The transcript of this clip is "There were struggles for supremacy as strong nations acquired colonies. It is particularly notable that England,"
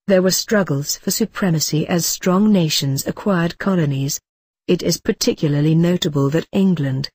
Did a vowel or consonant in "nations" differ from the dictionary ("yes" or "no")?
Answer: no